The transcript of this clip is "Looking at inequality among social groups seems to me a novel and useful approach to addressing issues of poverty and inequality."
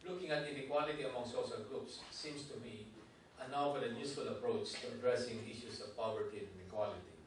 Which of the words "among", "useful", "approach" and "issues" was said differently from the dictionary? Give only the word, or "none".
issues